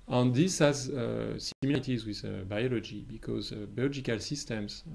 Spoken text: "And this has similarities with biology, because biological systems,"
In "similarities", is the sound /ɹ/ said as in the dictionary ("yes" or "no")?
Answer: no